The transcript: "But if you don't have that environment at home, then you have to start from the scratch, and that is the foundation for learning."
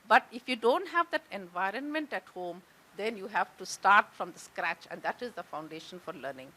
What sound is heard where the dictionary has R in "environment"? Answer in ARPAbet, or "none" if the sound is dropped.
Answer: R